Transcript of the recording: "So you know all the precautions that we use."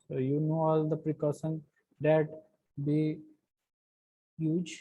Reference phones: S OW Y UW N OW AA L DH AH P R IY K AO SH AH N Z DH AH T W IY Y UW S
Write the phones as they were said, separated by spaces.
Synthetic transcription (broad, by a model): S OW Y UW N OW AA L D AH P R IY K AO S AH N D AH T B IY Y UW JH